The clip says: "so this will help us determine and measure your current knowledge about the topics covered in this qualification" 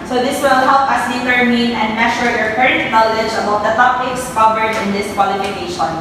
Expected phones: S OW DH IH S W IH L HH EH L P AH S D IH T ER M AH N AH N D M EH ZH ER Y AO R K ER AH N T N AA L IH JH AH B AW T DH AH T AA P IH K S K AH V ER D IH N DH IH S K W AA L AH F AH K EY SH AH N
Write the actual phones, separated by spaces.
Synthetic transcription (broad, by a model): S OW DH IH S W IH L HH EH L P AH S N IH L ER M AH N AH N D M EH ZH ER Y AO R K ER AH N T N AA L IH JH AH B AW T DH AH T AA P IH K S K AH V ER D IH N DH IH S K W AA L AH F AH K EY SH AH N